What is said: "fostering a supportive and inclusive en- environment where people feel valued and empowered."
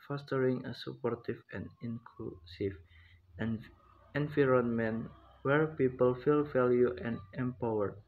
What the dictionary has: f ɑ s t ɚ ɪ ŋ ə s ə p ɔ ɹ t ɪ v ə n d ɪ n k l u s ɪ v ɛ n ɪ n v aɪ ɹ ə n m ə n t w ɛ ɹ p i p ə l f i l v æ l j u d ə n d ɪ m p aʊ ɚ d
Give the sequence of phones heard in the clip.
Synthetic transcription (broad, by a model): f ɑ s t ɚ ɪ ŋ ə s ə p ɔ ɹ t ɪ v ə n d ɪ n k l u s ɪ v ɛ n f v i ɹ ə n m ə n w ɛ ɹ p i p ə l f i l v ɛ l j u ə n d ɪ m p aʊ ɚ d